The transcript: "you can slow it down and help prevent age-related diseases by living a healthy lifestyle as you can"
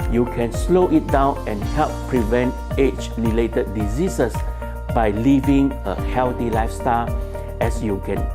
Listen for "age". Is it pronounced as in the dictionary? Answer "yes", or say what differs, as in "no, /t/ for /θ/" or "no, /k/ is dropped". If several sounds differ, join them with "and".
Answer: no, /tʃ/ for /dʒ/